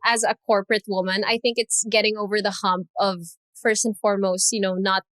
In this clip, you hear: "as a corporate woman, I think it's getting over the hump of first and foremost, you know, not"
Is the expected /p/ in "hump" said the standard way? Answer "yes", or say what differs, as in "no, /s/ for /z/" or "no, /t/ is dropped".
yes